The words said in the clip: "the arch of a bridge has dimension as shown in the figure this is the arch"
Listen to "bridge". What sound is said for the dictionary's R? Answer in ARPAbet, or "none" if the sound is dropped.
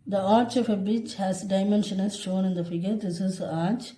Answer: none